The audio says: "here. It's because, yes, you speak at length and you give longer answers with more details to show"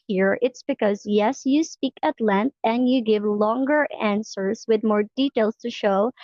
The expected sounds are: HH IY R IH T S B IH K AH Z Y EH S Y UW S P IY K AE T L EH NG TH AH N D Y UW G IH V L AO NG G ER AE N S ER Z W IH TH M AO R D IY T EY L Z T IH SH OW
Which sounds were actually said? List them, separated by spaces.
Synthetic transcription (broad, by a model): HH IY R IH T S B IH K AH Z Y EH S Y UW S P IY K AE T L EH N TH AH N D Y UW G IH V L AO NG G ER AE N S ER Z W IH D M AO R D IY T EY L S T IH SH OW